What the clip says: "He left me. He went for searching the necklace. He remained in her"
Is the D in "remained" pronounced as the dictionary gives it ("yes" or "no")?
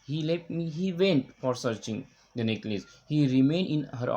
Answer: yes